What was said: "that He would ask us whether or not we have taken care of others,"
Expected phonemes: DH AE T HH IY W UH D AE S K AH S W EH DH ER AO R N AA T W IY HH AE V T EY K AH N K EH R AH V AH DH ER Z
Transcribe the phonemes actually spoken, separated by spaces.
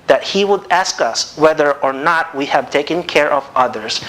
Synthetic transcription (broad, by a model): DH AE T HH IY W UH D AE S K AH S W EH DH ER AO R N AA T W IY HH AE V T EY K AH N K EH R AH V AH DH ER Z